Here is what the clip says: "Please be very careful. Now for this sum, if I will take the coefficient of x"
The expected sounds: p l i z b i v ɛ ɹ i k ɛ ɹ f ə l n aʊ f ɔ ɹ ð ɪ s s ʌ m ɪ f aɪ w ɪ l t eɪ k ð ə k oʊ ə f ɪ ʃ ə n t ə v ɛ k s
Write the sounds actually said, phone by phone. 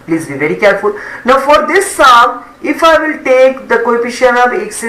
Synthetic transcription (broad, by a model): p l i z b i v ɛ ɹ i k ɛ ɹ f ə l n aʊ f ɔ ɹ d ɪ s s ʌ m ɪ f aɪ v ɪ l t eɪ k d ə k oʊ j p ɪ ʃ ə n ə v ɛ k s